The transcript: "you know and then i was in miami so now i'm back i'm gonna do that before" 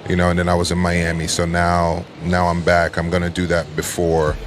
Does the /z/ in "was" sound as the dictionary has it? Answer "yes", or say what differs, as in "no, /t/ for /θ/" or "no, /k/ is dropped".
yes